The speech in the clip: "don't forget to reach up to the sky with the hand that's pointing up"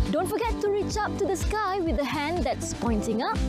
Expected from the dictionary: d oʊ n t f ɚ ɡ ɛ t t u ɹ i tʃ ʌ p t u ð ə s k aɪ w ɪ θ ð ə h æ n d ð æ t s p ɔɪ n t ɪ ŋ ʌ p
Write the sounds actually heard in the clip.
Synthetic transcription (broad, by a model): d oʊ n t f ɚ ɡ ɛ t t u ɹ i tʃ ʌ p t u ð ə s k aɪ w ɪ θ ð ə h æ n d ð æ t s p ɔɪ n t ɪ ŋ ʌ p